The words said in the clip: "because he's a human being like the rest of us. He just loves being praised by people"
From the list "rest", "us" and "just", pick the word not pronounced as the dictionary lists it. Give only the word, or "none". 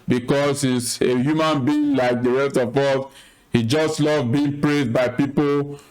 us